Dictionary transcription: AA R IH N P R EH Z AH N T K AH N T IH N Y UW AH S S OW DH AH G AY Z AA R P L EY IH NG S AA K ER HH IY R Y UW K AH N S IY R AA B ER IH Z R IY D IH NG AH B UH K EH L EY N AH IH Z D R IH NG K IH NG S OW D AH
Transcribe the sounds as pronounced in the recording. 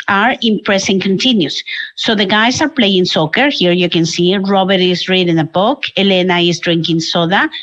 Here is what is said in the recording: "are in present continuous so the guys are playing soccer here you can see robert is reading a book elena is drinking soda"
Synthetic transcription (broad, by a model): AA R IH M P R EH S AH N K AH N T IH N Y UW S S OW DH AH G AY S AA R P L EY IH NG S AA K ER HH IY R Y UW K AH N S IY R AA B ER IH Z R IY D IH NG AH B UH K EH L EY N AH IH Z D R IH NG K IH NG S OW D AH